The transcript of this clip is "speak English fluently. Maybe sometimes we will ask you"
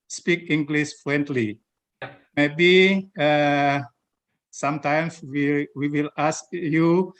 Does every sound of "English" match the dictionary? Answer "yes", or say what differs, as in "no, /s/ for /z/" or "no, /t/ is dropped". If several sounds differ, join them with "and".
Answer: no, /s/ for /ʃ/